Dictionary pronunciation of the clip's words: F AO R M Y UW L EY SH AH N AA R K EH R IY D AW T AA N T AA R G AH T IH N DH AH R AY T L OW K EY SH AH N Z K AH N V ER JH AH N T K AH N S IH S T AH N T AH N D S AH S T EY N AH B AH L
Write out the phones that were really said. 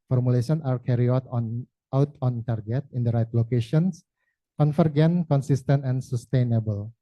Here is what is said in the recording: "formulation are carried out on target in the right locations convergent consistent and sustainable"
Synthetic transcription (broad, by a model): F AO R M UW L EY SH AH N AA R K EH R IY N AW T AA N T AA R G AH T IH N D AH R AY T L OW K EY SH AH N S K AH N F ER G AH N K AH N S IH S T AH N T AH N S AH S T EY N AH B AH L